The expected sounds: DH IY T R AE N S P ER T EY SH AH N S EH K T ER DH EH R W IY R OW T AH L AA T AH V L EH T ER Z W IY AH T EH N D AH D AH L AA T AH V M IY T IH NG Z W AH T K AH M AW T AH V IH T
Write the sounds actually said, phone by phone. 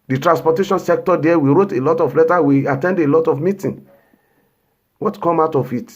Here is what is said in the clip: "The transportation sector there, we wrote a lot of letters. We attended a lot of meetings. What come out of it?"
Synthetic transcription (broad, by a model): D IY T R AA N S P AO T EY SH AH N S EH K T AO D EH W IY R OW T AH L AA T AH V L EH T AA W IY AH T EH N D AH L AA T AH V M IY T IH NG W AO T K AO M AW T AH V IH T